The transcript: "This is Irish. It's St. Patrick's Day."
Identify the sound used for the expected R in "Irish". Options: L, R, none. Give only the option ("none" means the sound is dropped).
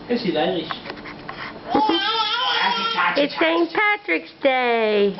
none